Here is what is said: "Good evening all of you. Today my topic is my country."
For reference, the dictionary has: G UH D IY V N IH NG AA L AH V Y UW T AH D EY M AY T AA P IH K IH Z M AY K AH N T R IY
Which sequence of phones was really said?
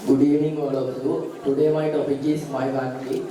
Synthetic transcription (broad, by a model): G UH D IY N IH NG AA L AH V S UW T AH D EY M AY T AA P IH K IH S M AY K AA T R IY